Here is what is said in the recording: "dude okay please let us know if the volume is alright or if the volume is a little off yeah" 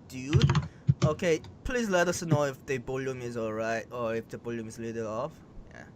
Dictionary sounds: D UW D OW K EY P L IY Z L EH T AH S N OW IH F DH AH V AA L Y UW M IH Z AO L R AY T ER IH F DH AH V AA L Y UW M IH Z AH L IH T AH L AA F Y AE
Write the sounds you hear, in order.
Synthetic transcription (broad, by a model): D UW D OW K EY P L IY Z L EH T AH S N OW IH F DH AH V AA L Y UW M IH Z AO L R AY T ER IH F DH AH B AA L Y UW M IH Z L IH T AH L AA F Y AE